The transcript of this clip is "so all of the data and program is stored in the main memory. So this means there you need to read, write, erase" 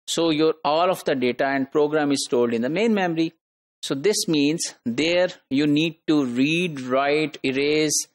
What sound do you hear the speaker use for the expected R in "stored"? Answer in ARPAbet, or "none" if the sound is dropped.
L